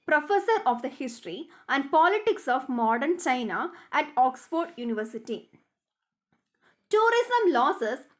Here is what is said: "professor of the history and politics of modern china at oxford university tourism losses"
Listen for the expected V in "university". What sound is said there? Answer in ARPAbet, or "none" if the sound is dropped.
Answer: V